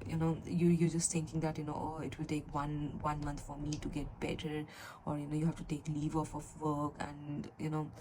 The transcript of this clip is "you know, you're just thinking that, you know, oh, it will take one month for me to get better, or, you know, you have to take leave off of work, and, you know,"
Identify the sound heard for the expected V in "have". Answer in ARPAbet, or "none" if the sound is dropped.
F